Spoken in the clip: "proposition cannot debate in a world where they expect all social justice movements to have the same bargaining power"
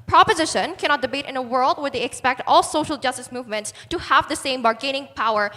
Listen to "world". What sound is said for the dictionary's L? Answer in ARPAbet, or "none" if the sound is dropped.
L